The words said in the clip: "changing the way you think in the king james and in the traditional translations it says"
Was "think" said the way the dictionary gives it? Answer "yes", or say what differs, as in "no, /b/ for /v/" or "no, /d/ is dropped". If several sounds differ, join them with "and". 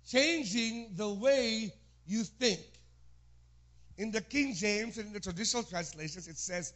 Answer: yes